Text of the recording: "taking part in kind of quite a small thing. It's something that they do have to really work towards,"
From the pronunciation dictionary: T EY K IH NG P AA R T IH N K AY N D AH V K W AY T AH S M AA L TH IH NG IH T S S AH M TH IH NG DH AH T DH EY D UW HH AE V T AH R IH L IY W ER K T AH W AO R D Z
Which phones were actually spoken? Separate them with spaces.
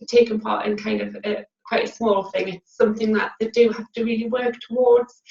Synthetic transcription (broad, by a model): T EY K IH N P AA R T IH N K AY N D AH V K W AY T AH S M AA L TH IH NG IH T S S AH M TH IH NG DH AH T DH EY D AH HH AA F T AH R IH L IY W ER K T AH W AO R D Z